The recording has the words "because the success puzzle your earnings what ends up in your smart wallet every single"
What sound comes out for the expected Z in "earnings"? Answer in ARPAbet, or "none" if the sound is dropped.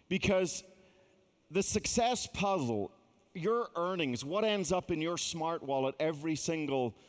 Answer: Z